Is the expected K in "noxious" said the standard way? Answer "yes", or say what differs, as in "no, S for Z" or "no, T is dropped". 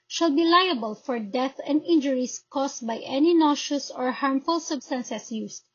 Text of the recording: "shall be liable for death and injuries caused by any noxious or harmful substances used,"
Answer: no, K is dropped